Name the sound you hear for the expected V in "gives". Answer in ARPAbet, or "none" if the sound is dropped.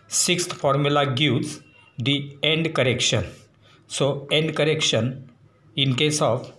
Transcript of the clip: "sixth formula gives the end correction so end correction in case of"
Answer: none